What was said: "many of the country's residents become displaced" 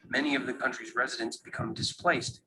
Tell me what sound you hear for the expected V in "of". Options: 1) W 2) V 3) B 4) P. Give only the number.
2